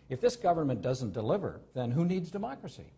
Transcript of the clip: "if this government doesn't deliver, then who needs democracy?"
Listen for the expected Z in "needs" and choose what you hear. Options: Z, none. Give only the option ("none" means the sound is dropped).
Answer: Z